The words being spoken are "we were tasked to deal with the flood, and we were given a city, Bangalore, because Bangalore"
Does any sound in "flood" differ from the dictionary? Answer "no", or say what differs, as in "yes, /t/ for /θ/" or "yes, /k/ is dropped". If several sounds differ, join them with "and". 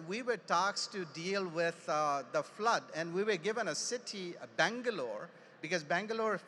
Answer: no